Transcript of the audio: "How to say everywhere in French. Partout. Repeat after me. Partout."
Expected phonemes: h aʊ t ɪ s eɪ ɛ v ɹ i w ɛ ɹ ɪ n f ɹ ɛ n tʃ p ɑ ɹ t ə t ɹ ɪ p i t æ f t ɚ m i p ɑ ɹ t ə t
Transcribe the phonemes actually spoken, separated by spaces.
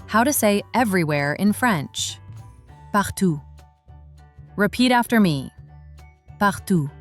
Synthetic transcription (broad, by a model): h aʊ t ɪ s eɪ ɛ v ɹ i w ɛ ɹ ɪ n f ɹ ɛ n tʃ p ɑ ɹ t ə ɹ ɪ p i t æ f t ɚ m i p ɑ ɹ t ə